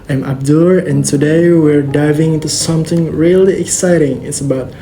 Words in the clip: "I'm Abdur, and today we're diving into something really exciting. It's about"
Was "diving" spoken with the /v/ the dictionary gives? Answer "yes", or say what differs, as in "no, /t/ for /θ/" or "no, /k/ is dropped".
yes